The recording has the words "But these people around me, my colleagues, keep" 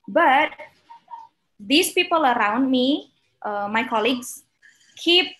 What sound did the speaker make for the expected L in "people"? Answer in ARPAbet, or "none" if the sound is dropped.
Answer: L